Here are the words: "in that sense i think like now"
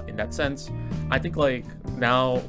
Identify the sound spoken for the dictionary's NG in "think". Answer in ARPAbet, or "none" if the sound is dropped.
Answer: NG